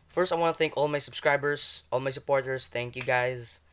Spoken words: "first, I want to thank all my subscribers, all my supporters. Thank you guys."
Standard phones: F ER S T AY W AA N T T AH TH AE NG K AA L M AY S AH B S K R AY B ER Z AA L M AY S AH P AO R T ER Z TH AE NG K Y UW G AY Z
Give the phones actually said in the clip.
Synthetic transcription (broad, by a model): F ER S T AY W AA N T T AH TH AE NG K AA L M AY S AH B S K R AY B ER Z AA L M AY S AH P AO R T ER S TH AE NG K Y UW G AY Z